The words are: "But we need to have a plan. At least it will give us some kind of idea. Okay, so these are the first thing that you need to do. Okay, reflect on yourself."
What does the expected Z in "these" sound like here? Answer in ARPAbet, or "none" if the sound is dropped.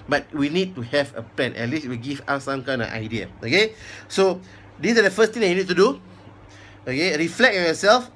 S